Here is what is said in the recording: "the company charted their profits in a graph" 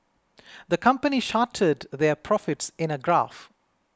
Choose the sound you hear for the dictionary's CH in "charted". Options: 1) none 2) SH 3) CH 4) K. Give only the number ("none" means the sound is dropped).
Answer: 2